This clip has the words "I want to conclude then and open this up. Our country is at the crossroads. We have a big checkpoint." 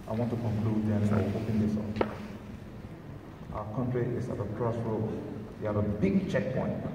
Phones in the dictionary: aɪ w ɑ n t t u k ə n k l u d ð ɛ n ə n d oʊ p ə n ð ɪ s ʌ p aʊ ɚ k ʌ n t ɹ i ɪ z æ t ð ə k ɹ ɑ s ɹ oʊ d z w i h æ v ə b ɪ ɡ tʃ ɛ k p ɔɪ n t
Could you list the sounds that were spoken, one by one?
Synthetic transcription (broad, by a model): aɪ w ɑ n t t u k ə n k l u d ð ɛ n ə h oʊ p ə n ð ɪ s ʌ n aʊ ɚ k ʌ n t ɹ i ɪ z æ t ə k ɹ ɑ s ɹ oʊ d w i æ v ə b ɪ ɡ tʃ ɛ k p ɔɪ n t